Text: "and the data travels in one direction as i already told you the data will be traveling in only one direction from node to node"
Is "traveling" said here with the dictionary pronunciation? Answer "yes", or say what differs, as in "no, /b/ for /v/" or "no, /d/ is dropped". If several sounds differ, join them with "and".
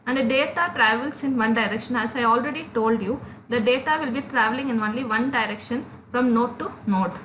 yes